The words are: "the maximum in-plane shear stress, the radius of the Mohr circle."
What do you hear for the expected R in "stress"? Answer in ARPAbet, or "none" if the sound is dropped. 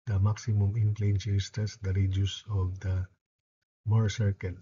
none